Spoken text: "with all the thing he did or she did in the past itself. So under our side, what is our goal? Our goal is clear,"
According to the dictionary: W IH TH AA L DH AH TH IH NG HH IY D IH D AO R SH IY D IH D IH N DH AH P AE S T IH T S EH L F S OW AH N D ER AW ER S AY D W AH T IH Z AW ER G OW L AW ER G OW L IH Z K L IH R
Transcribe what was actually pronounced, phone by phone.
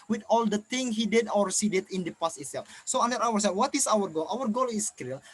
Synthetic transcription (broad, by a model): W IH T AA L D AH T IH NG HH IY D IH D AO R S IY D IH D IH N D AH P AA S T IH T S EH L F S OW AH N D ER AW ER S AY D W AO T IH S AW ER G OW L AW ER G OW L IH S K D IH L